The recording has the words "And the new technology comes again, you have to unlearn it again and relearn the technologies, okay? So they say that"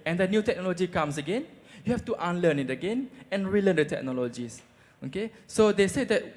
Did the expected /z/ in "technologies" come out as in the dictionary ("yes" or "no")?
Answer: no